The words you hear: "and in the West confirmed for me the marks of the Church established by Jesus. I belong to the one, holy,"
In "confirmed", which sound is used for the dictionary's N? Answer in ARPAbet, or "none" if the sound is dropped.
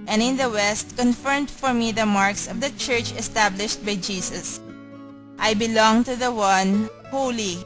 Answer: N